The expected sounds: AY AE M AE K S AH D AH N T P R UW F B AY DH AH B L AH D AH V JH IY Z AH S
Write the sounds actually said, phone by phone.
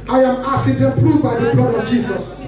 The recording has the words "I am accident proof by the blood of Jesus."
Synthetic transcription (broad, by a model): AY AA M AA S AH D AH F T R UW B AY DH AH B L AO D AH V JH IY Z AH S